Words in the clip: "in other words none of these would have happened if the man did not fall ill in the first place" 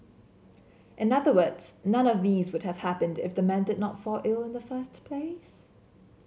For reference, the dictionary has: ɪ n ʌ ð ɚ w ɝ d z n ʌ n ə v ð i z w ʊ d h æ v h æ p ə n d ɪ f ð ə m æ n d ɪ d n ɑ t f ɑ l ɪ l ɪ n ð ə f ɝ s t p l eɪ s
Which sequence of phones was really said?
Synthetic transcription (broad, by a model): ɪ n ʌ ð ɚ w ɝ d z n ʌ n ə v ð i z w ʊ d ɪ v h æ p ə n d ɪ f ð ə m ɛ n d ɪ d n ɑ t f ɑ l ɪ l ɪ n ð ə f ɝ s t p l eɪ s